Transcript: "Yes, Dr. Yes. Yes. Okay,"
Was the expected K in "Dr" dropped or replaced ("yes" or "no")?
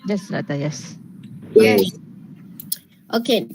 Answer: yes